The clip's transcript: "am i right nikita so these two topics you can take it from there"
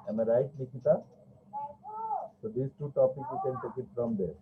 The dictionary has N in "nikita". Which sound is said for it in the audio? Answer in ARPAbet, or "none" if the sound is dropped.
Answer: L